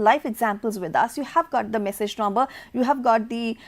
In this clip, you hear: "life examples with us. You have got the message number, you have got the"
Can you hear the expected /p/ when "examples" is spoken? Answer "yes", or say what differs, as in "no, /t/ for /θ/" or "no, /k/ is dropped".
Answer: yes